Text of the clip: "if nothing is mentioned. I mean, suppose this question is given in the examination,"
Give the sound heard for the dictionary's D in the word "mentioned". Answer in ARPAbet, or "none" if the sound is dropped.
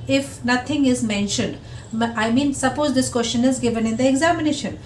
D